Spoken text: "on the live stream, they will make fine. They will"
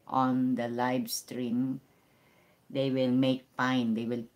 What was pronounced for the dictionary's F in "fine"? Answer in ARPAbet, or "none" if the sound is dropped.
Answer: P